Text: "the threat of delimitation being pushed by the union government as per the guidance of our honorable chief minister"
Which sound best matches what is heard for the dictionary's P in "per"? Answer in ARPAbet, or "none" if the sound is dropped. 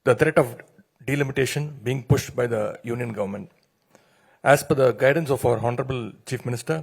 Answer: F